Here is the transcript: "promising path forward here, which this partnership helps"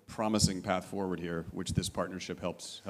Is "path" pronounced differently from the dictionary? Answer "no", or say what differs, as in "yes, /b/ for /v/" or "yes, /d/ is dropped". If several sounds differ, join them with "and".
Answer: no